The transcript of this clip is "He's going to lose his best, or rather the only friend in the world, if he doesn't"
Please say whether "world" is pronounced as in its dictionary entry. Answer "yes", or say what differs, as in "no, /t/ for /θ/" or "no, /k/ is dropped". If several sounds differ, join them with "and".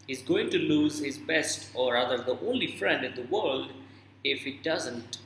yes